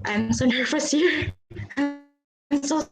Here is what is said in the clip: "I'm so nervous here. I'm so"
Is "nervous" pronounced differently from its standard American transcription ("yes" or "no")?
yes